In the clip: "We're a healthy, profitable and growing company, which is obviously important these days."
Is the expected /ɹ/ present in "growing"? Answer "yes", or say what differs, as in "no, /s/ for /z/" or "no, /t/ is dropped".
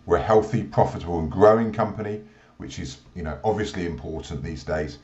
yes